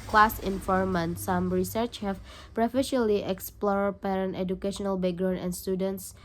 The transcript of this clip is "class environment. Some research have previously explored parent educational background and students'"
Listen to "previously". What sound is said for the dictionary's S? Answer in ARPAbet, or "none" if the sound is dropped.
none